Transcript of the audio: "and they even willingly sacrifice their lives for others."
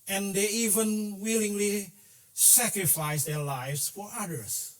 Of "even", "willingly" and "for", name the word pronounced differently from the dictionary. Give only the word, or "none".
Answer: none